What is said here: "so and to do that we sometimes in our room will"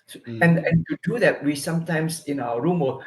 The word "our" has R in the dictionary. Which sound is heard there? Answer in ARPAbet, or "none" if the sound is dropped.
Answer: W